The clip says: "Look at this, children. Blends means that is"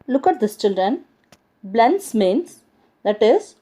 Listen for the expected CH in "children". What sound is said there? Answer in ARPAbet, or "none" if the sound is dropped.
CH